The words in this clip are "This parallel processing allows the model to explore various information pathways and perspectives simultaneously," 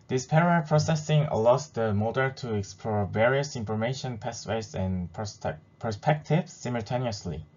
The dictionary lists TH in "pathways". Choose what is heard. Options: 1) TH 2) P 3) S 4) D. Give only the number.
3